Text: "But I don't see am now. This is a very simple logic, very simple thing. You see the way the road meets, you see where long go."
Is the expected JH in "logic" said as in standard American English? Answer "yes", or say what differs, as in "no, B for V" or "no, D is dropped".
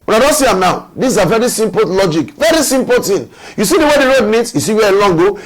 yes